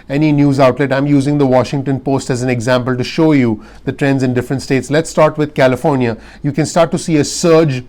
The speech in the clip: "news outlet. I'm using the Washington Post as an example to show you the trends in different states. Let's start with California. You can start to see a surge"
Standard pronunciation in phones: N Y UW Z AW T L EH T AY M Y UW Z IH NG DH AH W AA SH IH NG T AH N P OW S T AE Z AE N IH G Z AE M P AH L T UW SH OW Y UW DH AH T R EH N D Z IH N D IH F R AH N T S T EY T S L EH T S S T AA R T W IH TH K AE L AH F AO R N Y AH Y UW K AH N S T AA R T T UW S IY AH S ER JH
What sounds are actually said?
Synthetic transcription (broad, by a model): N Y UW Z AW T L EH T AY M Y UW Z IH NG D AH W AA SH IH NG T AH N P OW S T AE Z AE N IH G Z AE M P AH L T UW SH OW Y UW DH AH T R EH N D Z IH N D IH F R AH N T S T EY T S L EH T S S T AA R T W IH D K AE L AH F AO R N Y AH Y UW K AH N S T AA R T T UW S IY AH S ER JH